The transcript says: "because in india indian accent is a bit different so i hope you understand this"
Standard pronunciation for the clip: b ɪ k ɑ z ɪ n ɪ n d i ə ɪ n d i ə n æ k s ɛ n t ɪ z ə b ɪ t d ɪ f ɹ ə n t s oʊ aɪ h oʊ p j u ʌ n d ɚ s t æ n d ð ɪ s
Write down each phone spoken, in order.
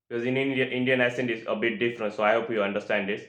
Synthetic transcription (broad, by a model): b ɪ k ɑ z ɪ n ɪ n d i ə ɪ n d i ə n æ s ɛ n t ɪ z ə b ɪ t d ɪ f ɹ ə n t s oʊ aɪ h oʊ p j u ʌ n d ɚ s t æ n d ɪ s